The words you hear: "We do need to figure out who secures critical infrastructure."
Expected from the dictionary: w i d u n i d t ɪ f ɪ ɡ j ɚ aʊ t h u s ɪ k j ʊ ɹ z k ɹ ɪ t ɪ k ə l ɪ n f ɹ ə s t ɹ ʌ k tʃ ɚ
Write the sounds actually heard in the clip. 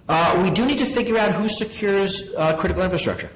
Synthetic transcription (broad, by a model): w i d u n i d t ɪ f ɪ ɡ j ɚ aʊ t h u s ɪ k j ʊ ɹ z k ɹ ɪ t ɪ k l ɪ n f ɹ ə s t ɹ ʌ k tʃ ɚ